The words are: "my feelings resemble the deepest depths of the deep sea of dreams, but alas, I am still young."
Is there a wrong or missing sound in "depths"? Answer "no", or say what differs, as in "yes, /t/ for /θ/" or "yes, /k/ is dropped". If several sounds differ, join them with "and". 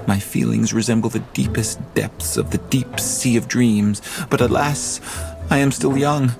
no